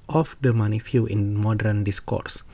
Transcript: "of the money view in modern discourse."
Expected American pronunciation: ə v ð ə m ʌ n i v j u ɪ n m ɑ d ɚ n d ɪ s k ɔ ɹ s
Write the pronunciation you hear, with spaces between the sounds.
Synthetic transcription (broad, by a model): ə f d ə m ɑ n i f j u ɪ n m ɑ d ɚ n d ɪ s k ɔ ɹ s